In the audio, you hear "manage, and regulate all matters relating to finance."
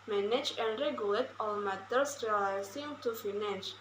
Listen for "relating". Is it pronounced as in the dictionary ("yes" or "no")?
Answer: no